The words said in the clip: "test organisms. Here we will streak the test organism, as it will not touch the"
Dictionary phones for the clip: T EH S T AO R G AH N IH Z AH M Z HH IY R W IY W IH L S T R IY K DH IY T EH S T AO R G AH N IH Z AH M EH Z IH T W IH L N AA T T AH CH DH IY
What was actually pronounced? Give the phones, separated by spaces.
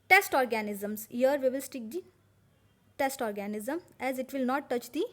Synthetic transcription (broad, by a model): T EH S T AO R G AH N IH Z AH M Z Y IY R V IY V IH L S T IY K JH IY T EH S T AO R G AH N IH Z AH M EH Z IH T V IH L N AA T T AH CH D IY